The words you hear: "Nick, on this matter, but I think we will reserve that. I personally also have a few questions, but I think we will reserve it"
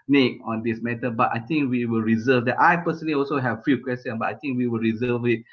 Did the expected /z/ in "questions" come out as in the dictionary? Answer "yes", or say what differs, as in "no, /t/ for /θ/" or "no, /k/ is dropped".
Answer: no, /z/ is dropped